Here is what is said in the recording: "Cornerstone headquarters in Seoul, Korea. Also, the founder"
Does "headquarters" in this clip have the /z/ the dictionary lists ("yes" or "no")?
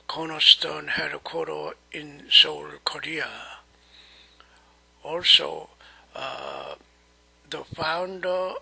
no